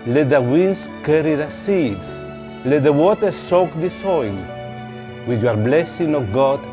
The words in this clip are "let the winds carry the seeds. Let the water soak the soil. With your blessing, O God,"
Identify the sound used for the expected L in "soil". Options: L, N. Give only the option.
N